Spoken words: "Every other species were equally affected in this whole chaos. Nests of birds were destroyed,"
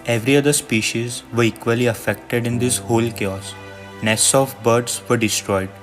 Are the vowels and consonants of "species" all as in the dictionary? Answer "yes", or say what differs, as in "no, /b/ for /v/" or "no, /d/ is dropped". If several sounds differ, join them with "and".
yes